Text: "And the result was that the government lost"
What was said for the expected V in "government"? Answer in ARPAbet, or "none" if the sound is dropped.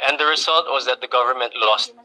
V